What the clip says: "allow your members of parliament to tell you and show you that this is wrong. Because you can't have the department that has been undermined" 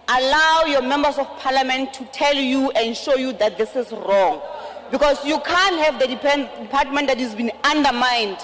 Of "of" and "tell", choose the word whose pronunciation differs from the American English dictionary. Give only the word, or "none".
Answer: of